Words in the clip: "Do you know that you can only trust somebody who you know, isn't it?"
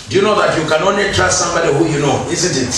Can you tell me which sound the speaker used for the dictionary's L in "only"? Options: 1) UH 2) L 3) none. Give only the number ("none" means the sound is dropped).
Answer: 3